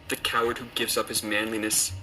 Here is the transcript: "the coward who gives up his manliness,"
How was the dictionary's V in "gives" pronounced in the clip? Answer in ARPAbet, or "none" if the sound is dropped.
V